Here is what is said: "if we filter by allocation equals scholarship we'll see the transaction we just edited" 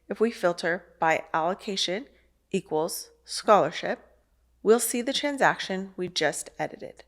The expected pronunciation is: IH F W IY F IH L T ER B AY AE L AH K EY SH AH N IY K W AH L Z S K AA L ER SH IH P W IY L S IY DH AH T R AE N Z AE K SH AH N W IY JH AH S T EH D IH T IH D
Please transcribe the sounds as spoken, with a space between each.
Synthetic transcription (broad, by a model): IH F W IY F IH L T ER B AY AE L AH K EY SH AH N IY K W AH L Z S K AA L ER SH IH P W IY L S IY DH AH T R AE N Z AE K SH AH N W IY JH AH S T EH D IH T IH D